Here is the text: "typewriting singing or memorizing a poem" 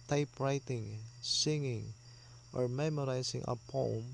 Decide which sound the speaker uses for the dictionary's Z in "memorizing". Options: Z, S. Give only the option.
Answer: S